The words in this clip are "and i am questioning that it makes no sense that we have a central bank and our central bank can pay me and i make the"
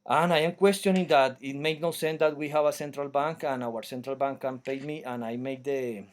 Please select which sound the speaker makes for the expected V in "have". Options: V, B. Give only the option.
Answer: B